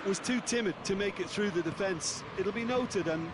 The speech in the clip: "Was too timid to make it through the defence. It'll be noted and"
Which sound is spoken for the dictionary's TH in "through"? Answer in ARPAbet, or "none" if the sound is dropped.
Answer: TH